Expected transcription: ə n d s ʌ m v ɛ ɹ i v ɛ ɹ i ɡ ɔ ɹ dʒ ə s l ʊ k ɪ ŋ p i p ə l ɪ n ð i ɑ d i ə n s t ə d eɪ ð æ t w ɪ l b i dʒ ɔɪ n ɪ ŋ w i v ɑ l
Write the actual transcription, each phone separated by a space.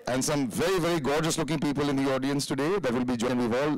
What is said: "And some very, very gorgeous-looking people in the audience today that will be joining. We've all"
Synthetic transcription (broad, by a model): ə n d s ʌ m v ɛ ɹ i v ɛ ɹ i ɡ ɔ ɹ dʒ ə s l ʊ k ɪ ŋ p i p ə l ɪ n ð i ɑ d i ə n s t ə d eɪ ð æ t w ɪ l b i dʒ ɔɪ ɪ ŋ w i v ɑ l